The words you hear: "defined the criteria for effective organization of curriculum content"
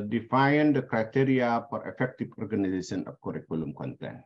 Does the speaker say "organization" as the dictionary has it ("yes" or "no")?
no